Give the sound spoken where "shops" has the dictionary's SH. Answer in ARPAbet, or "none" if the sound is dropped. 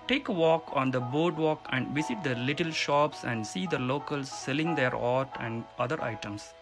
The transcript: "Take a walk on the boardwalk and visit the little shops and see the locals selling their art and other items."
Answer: SH